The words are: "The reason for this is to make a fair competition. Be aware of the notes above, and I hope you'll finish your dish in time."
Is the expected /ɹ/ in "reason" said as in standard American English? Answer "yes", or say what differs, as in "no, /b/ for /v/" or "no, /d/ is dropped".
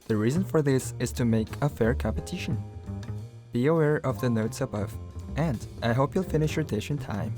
yes